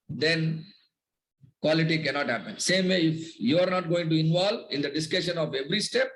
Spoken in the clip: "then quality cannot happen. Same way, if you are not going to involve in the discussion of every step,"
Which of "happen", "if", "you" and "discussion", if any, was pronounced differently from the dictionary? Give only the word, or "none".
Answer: none